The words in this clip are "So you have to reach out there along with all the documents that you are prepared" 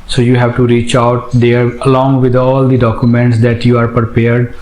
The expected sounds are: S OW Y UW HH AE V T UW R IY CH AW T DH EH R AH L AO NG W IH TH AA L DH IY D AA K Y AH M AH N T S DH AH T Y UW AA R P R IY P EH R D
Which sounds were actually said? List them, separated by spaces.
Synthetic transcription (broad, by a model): S OW Y UW HH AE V T UW R IY CH AW T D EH R AH L AO NG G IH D AA L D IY D AA K Y AH M AH N T S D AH T Y UW AA R P R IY P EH R D